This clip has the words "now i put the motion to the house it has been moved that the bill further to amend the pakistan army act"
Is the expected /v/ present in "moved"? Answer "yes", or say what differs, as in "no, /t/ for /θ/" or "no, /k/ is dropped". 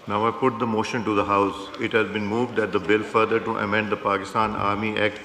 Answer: yes